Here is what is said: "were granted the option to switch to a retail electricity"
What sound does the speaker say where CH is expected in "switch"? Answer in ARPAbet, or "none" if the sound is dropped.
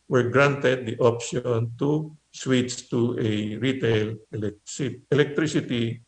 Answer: S